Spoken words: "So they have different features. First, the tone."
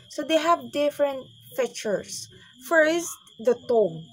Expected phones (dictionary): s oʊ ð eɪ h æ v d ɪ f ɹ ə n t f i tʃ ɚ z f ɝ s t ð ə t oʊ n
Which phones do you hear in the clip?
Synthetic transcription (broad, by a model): s oʊ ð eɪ h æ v d ɪ f ɹ ə n t f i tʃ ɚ s f ɝ s t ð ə t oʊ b